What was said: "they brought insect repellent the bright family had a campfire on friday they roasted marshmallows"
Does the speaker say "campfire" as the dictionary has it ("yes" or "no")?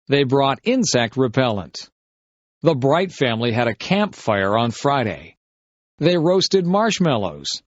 yes